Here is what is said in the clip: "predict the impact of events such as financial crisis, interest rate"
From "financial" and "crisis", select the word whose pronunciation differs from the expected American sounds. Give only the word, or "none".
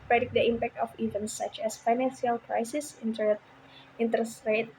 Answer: financial